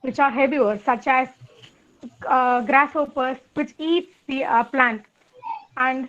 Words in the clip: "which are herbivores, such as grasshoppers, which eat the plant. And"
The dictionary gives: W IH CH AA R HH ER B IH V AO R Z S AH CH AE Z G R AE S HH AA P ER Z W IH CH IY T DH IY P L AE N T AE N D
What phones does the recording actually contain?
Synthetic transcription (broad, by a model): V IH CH AA R HH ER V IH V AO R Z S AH CH AE Z G R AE S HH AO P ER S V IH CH IY T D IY P L AE N T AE N D